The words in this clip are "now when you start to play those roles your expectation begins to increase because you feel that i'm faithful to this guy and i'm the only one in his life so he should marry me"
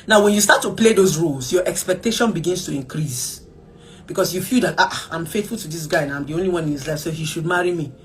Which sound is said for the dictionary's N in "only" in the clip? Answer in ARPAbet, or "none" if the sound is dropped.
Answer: N